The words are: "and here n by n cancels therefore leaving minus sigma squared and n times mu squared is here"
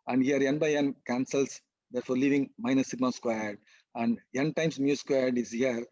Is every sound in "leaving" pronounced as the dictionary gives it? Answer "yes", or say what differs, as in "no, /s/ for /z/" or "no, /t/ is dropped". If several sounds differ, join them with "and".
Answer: yes